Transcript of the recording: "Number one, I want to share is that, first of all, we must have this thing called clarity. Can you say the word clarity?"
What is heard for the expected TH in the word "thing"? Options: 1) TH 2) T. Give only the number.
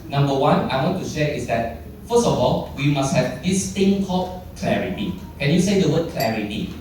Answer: 2